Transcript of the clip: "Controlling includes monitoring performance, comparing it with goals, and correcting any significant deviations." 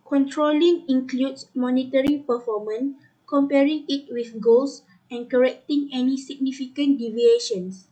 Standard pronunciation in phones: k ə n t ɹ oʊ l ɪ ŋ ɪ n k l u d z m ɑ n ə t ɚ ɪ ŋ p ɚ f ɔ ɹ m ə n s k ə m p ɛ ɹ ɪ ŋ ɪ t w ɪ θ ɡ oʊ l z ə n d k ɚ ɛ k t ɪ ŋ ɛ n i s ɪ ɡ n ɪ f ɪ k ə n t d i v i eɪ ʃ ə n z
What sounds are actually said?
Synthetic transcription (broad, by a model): k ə n t ɹ oʊ l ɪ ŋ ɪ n k l u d s m ɑ n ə t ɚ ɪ p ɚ f ɔ m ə n k ə m p ɛ ɹ ɪ ŋ ɪ t w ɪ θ ɡ oʊ l s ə n k ɚ ɛ k t ɪ ŋ ɛ n i s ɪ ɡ n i f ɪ k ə n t d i v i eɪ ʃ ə n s